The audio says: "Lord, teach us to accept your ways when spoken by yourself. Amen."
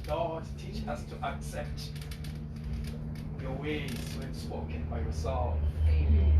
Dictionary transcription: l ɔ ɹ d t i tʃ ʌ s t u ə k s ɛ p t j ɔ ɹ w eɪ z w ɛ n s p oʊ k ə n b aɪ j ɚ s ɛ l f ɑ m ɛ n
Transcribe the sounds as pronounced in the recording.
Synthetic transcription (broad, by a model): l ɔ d t i tʃ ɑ s t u ə k s ɛ p t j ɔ w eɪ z w ɛ n s p oʊ k ə n b aɪ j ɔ s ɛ l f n